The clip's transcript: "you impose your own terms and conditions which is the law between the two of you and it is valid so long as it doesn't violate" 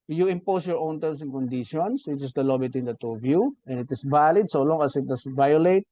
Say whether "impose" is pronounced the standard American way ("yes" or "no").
no